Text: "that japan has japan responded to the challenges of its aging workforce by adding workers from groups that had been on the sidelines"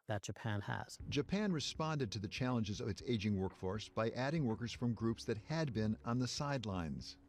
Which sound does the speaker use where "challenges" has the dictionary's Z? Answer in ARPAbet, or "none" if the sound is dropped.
Z